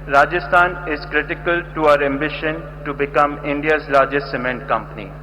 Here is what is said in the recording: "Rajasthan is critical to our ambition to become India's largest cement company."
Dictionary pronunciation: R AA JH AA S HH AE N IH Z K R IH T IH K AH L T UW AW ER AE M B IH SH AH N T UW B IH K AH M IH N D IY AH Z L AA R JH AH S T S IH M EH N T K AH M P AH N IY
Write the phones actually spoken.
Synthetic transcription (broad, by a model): R AA JH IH S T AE N IH Z K R IH T IH K AH L T UW AW ER AE M B IH SH AH N T UW B IH K AH M IH N D IY AH Z L AA R JH AH S T S IH M EH N T K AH M P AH N IY